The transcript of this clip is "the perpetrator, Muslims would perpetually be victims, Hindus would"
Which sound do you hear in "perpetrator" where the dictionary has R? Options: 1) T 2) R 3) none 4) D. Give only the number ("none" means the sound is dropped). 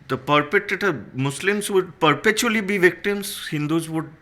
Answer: 3